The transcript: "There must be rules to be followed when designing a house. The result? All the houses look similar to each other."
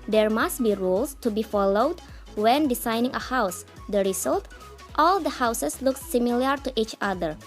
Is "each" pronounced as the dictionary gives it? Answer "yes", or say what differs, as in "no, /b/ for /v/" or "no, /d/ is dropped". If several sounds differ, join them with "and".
yes